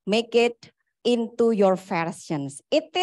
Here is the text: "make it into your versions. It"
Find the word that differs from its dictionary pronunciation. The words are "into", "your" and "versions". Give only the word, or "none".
versions